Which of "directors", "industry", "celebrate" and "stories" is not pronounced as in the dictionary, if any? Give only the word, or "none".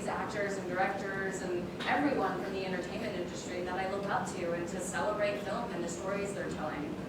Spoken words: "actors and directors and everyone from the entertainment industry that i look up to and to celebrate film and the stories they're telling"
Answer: none